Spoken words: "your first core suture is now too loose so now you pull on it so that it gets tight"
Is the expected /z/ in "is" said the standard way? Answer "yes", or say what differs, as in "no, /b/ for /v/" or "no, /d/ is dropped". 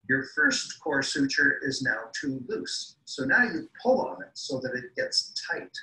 yes